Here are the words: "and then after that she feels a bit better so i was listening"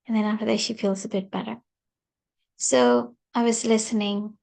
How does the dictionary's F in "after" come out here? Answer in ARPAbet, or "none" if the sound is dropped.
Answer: F